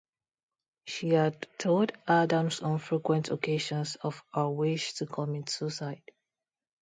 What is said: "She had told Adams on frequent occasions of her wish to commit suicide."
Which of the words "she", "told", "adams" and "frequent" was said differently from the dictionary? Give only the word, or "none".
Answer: adams